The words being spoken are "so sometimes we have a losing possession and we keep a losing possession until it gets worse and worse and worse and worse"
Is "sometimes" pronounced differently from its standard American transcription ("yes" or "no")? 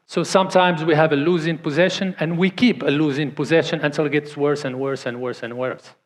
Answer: no